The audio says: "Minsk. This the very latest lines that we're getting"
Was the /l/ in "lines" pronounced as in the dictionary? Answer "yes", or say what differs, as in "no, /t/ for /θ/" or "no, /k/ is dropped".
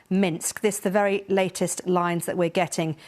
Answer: yes